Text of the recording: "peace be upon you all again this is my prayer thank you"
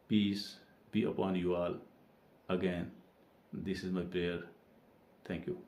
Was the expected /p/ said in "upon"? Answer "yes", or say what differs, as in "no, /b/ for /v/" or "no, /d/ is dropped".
yes